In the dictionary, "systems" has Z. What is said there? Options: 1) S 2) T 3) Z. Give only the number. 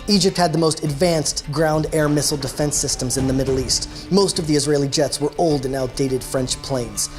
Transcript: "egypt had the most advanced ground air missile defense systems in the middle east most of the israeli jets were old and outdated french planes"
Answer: 3